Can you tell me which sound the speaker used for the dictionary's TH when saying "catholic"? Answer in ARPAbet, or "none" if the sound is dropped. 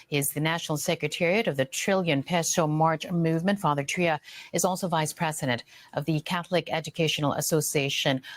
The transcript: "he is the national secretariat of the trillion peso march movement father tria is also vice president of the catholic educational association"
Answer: TH